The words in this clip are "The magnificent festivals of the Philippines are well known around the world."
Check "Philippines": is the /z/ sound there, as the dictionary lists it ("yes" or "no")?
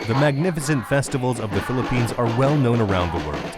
yes